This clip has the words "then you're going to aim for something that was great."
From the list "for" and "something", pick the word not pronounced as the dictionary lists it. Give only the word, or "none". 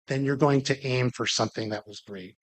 none